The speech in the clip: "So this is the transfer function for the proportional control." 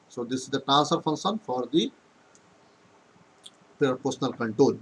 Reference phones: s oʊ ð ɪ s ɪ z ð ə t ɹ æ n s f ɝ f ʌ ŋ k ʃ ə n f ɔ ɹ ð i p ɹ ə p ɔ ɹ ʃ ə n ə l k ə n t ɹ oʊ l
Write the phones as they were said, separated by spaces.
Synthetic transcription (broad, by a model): s oʊ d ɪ s ɪ z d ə t æ s ɝ f ʌ ŋ k ʃ ə n f ɔ ɹ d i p ɹ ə p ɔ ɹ s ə n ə l k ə n t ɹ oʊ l